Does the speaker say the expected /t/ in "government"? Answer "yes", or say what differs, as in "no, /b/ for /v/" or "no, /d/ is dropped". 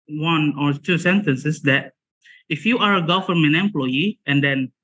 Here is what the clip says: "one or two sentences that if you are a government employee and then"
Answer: no, /t/ is dropped